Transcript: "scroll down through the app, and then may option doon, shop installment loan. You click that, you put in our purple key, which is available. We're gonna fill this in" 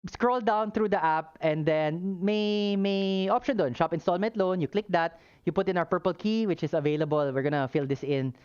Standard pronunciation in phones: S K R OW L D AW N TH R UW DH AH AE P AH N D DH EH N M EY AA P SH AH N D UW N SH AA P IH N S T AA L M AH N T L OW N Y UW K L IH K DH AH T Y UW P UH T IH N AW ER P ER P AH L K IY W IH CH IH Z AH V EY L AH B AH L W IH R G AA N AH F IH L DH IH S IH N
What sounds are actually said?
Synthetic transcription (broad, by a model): S K R OW L D AW N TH R UW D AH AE P AH N D EH N M EY AA P SH AH N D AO N SH AA P IH N S T AA L M AH N T L OW N Y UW K L IH K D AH T Y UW P UH T IH N AW ER P ER P AH L K IY W IH CH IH S AH V EY L AH B AH L W IH R G AA N AH F IH L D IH S IH N